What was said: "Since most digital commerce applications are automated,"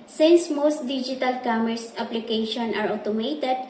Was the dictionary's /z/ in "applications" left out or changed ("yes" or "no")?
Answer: yes